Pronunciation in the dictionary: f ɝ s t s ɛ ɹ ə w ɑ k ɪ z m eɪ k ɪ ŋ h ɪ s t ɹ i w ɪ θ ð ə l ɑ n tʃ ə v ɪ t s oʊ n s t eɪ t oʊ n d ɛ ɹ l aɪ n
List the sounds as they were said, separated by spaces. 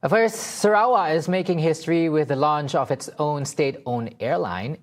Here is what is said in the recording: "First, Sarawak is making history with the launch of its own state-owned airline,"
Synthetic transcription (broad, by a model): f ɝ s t s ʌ ɹ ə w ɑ ɪ z m eɪ k ɪ ŋ h ɪ s t ɹ i w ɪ ð ə l ɑ n tʃ ə v ɪ t s oʊ n s t eɪ t oʊ n ɛ ɹ l aɪ n